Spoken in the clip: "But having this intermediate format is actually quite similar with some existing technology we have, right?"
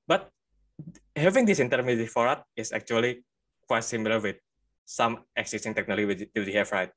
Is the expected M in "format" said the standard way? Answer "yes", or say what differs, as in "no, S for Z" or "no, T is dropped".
no, M is dropped